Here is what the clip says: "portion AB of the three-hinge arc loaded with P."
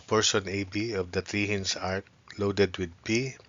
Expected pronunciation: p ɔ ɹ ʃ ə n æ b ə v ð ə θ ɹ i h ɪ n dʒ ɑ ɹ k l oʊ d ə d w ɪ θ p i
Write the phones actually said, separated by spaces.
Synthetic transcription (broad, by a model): p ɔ ɹ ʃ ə n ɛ b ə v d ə t ɹ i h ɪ n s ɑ ɹ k l oʊ d ə d w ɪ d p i